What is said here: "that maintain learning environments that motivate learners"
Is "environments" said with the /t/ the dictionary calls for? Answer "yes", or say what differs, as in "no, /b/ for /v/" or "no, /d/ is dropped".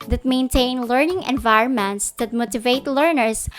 yes